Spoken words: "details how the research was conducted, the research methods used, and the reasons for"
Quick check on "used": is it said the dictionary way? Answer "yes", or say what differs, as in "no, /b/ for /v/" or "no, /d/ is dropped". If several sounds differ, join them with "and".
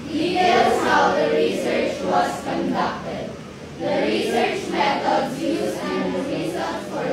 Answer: no, /d/ is dropped